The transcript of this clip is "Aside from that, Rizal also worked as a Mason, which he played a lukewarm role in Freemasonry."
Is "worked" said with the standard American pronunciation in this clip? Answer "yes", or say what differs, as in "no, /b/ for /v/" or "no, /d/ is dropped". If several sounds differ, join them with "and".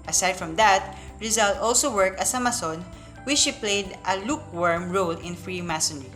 no, /t/ is dropped